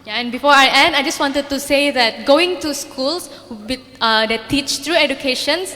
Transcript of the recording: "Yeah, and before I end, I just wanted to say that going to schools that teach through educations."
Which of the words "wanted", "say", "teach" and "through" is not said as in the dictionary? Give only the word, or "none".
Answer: through